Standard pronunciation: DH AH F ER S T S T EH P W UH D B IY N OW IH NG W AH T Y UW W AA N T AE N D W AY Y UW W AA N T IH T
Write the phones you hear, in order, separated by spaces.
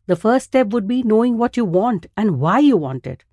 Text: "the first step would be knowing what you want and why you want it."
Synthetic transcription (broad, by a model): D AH F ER T S T EH P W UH D B IY N OW IH NG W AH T Y UW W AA N T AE N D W AY Y UW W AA N T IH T